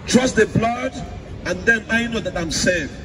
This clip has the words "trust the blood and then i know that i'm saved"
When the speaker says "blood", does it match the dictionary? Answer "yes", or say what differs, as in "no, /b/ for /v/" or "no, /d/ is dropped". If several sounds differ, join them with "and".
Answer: yes